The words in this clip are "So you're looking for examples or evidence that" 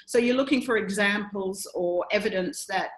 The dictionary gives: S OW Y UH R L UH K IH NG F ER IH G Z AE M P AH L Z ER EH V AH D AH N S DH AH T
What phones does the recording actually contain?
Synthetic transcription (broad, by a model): S OW Y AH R L UH K IH NG F ER IH G Z AE M P AH L Z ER EH V AH D AH N S DH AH T